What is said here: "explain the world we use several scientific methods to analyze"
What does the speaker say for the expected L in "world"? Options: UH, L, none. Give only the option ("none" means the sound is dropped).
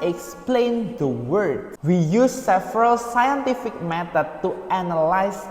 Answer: none